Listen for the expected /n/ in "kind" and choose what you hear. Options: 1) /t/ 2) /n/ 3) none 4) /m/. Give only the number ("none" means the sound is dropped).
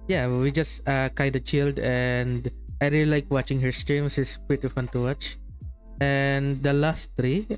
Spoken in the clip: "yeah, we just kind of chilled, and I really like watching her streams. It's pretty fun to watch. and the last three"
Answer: 3